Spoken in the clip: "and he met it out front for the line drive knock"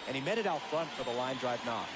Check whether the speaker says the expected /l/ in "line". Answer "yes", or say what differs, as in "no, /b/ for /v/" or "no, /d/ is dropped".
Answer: yes